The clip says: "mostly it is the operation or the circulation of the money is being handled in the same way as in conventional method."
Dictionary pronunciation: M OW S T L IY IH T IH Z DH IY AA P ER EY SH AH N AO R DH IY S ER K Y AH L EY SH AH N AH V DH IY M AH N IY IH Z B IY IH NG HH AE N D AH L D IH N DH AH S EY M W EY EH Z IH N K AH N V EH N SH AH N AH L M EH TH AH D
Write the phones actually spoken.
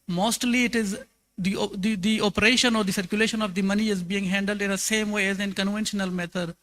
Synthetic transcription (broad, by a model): M OW S T L IY IH T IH Z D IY AA P ER EY SH AH N AO R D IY S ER K Y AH L EY SH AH N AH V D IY M AH N IY IH Z B IY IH NG HH AE N D AH L D IH N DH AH S EY M W EY EH Z IH N K AH N V EH N SH AH N AH L M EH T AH D